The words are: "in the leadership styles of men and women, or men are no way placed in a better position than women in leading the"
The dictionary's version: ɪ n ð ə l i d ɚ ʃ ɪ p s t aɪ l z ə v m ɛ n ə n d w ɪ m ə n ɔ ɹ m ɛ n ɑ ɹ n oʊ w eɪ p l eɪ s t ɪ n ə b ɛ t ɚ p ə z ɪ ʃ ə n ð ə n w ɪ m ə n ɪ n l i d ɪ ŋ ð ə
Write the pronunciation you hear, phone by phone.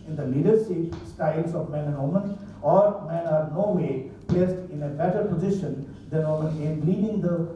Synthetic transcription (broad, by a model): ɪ n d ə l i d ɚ s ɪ s t aɪ l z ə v m ɛ n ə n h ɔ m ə n ɔ ɹ m ɛ n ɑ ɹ n oʊ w eɪ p l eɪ s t ɪ n ə b ɛ t ɚ p ə z ɪ ʃ ə n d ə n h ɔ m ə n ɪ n l i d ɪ ŋ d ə